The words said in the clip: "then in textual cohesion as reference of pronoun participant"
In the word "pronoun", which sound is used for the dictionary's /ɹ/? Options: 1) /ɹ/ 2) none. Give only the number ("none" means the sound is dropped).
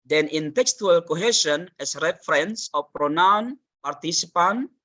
1